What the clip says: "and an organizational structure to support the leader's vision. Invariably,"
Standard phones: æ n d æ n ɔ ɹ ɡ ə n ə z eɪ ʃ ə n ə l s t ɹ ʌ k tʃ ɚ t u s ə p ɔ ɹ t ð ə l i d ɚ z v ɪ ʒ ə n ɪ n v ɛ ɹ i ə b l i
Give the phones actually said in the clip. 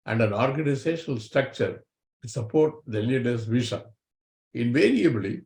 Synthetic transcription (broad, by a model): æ n d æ n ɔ ɹ ɡ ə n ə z eɪ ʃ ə n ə l s t ɹ ʌ k tʃ ɚ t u s ə p ɔ ɹ t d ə l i d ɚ s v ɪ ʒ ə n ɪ n v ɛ ɹ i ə b l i